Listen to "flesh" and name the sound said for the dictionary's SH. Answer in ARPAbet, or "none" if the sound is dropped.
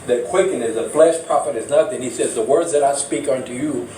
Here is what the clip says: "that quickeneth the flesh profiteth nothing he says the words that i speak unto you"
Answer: S